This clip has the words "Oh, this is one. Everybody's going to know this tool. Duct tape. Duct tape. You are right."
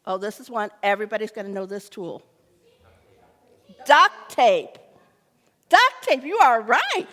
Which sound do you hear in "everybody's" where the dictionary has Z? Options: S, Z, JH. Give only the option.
Z